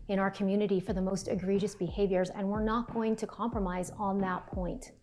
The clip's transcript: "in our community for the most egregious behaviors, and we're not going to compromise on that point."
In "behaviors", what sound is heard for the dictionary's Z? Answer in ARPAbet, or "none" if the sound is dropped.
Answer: Z